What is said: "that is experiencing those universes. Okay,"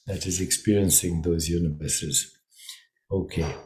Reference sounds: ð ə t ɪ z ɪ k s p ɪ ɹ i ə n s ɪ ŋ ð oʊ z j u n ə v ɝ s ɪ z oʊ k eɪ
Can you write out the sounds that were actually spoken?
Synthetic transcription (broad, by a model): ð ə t ɪ z ɪ k s p ɪ ɹ i ə n s ɪ ŋ ð oʊ z j u n ə v ɝ s ɪ z oʊ k eɪ